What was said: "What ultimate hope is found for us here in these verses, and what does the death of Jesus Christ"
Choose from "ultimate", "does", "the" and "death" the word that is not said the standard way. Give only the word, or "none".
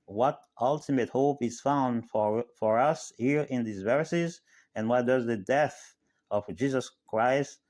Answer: none